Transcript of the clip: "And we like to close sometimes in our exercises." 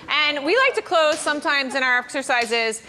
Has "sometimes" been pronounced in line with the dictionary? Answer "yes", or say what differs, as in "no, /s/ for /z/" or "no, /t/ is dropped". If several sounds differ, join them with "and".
yes